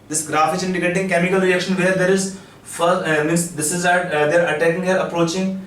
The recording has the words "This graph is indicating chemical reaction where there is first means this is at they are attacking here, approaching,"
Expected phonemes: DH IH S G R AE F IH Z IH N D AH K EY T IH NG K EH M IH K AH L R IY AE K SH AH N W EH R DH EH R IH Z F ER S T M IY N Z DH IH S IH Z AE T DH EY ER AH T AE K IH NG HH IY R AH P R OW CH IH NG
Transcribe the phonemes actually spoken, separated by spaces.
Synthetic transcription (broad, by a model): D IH S G R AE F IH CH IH N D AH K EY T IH NG K EH M IH K AH L R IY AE K SH AH N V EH R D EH R IH Z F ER T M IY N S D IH S IH Z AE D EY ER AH T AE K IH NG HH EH R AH P R OW CH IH NG